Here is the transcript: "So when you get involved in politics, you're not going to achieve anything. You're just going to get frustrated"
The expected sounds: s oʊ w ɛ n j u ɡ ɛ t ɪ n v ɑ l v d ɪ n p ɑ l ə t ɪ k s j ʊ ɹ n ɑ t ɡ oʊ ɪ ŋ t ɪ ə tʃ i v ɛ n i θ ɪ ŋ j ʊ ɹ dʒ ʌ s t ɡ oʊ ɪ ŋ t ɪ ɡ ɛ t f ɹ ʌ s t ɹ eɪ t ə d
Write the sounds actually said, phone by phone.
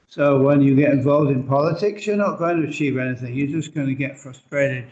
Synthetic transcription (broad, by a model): s oʊ w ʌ n j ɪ ɡ ɛ t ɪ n v ɑ l v d ɪ n p ɑ l ə t ɪ k s j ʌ ɹ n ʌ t ɡ oʊ ɪ ŋ t ɪ ə tʃ i v ɛ n i θ ɪ ŋ j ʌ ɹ dʒ ʌ s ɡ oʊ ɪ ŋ t ɪ ɡ ɛ t f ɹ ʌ s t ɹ eɪ t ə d